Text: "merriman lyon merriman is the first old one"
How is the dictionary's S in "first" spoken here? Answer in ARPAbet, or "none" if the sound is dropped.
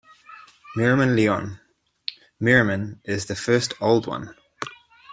S